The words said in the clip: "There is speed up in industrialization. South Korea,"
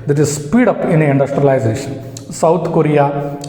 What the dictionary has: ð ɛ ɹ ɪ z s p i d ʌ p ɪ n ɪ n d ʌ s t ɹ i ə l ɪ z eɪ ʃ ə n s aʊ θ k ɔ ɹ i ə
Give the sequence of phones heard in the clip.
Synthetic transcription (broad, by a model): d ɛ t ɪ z s p i d ʌ p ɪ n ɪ n d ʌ s t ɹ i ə l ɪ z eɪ ʃ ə n s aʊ t k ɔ ɹ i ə